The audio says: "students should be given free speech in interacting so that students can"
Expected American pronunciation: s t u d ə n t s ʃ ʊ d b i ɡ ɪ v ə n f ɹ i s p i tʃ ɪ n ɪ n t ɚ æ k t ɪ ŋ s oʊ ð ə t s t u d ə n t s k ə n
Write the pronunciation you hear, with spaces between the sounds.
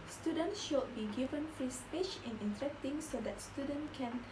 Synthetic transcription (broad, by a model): s t u d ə n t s ʃ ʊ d b i ɡ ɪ v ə n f i s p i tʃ ɪ n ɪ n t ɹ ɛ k t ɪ ŋ s oʊ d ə t s t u d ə n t k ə n